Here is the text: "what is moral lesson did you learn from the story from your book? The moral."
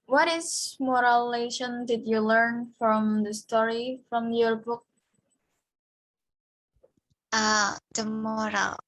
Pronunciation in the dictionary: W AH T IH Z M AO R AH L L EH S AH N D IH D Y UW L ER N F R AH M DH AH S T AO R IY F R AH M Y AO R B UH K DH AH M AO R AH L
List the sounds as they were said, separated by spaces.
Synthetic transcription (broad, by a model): W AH T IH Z M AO R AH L L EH SH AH N D IH D Y UW L ER N F R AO M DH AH S T AO R IY F R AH M Y AO R B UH K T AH M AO R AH L